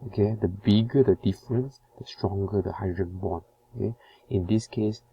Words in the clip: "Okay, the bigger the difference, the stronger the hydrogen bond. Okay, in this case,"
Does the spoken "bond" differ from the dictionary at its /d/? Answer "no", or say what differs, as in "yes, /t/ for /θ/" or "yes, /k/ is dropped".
yes, /d/ is dropped